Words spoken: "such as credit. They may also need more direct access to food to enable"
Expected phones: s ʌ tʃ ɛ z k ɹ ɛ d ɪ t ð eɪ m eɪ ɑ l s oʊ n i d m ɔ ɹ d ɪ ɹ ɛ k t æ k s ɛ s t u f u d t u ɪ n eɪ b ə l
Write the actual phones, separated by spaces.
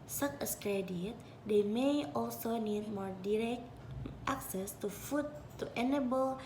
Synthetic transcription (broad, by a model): s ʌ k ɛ s k ɹ ɛ d ɪ t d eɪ m eɪ ɑ l s oʊ n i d m ɔ ɹ d ɪ ɹ ɛ k t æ k s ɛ s t u f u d t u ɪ n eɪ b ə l